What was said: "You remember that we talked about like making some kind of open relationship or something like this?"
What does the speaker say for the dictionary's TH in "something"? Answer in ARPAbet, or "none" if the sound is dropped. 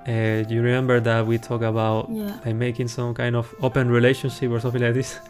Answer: F